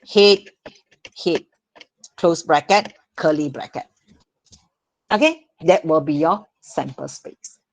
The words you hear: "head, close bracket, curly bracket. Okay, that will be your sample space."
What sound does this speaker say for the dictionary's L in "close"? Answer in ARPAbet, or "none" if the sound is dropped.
L